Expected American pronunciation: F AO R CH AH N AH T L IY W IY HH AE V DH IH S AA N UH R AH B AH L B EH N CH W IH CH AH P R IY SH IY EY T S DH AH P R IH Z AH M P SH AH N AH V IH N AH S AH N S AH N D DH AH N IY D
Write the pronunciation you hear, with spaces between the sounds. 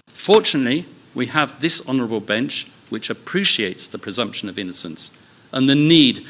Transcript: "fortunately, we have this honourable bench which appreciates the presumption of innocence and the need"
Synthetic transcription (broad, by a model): F AO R CH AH N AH T L IY W IY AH V DH IH S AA N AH R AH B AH L B EH N CH W IH CH AH P R IY SH IY EY T S DH AH P R IH Z AH M P SH AH N AH V IH N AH S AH N S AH N DH AH N IY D